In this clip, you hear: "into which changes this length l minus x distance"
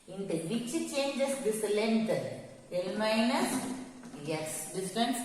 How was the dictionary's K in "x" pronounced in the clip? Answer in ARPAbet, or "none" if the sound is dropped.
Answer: none